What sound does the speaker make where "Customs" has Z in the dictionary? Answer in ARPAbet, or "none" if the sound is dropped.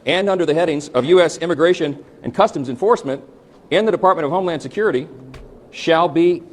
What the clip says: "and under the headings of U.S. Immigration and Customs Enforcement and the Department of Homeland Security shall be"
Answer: Z